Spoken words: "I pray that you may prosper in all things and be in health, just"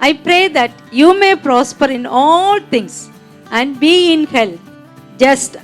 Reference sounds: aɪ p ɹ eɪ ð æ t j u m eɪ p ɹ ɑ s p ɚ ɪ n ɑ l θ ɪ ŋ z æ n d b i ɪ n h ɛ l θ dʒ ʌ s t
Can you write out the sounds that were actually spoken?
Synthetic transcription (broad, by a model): aɪ p ɹ eɪ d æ t j u m eɪ p ɹ ɑ s p ɚ ɪ n ɑ l t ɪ ŋ s æ n d b i ɪ n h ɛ l f dʒ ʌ s t